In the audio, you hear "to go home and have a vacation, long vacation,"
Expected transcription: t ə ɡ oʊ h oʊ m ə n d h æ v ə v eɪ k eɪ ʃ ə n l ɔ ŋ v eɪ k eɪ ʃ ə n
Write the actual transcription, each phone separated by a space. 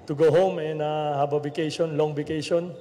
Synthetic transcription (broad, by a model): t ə ɡ oʊ h oʊ m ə n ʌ h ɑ b ə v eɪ k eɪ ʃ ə n l ɔ ŋ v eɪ k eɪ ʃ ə n